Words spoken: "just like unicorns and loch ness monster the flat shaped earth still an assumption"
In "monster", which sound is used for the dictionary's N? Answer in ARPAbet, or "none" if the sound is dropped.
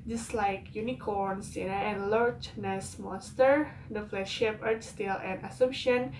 none